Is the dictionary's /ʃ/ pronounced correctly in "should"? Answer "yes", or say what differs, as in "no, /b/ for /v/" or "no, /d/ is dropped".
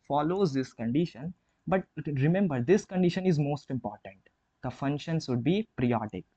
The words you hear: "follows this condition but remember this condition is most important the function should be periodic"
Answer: no, /s/ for /ʃ/